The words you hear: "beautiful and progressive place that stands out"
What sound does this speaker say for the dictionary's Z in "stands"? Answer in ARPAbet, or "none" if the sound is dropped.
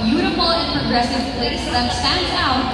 none